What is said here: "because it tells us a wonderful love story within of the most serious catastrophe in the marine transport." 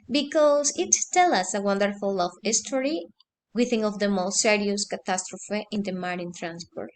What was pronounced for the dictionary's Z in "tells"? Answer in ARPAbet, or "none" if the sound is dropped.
none